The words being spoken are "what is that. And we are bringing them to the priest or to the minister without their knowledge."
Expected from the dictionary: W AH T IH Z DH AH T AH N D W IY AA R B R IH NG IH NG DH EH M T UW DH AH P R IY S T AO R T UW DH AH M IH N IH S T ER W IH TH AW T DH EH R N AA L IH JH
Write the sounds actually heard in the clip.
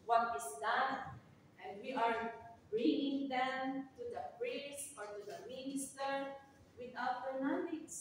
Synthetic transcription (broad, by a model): W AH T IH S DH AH T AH N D W IY AA R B R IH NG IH NG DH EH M T UW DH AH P R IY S AO R T UW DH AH M IH N IH S T ER W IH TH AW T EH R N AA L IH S